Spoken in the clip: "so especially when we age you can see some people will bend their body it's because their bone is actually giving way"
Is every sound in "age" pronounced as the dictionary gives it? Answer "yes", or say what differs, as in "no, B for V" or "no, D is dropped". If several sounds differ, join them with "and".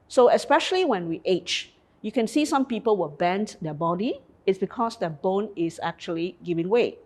no, CH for JH